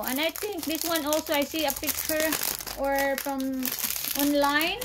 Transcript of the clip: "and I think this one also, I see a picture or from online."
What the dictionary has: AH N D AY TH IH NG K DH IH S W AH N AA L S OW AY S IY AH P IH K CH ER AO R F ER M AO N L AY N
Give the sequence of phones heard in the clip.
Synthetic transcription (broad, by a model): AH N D AY T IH NG K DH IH S W AH N AA L S OW AY S IY AH P IH K CH ER AO R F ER M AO N L AY N